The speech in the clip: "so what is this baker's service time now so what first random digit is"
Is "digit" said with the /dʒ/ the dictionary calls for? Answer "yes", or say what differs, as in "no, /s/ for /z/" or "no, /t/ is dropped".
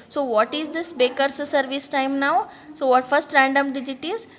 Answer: yes